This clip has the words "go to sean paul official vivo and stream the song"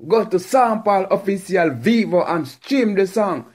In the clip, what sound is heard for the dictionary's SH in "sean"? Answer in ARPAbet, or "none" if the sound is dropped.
S